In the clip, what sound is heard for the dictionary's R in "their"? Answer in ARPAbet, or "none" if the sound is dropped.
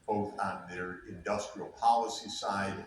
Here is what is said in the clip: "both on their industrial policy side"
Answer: R